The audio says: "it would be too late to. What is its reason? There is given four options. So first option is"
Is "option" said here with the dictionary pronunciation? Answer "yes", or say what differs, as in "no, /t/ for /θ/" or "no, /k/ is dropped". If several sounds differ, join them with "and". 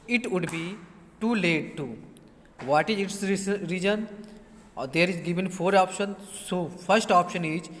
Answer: yes